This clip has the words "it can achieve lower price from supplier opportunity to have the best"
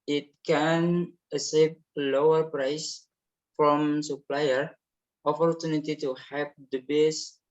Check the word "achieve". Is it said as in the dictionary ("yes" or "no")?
no